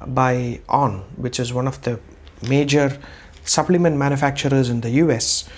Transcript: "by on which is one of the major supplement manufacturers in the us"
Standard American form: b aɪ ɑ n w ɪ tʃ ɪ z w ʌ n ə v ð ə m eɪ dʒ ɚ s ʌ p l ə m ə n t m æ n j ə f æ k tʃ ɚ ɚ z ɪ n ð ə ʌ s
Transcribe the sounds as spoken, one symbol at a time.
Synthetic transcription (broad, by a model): b aɪ ɑ n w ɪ tʃ ɪ z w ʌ n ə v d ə m eɪ dʒ ɚ s ʌ p l ə m ə n t m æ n j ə f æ k tʃ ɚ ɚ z ɪ n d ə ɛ s